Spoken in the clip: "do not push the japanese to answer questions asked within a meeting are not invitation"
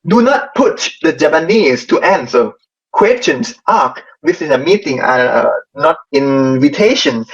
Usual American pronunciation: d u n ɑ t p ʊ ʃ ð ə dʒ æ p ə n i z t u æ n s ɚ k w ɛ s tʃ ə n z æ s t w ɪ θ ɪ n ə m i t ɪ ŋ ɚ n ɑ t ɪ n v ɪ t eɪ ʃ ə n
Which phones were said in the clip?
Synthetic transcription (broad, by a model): d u n ɑ t p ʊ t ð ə dʒ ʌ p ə n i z t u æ n s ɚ k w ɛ s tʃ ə n s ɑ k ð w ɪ s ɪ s ə m i t ɪ ŋ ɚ n ɑ t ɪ n v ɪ t eɪ ʃ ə n